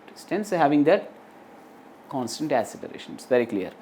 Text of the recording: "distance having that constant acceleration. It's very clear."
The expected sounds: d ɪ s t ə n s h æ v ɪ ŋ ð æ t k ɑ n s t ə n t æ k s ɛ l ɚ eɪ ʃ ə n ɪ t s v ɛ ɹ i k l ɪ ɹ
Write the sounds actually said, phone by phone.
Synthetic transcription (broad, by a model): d s t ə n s h æ v ɪ ŋ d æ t k ɑ n s t ə n t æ s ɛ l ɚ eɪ ʃ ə n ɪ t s v ɛ ɹ i k l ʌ ɹ